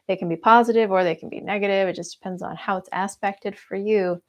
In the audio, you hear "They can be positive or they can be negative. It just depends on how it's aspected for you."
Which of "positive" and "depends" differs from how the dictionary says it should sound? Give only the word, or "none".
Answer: none